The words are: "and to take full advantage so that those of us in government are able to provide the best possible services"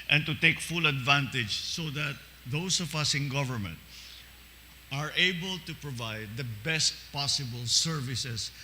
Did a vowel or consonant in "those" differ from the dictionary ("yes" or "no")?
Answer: yes